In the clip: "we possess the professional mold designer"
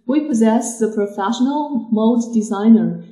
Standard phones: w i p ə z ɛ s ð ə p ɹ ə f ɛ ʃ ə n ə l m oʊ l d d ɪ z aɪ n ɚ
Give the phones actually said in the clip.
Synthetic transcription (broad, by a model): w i p ə z ɛ s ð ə p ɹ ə f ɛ ʃ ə n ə l m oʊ d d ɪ z aɪ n ɚ